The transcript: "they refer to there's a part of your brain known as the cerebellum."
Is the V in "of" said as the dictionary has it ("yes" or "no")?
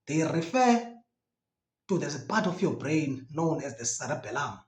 no